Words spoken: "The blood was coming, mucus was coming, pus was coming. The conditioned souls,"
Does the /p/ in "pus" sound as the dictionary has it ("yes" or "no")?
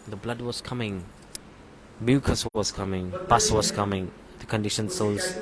no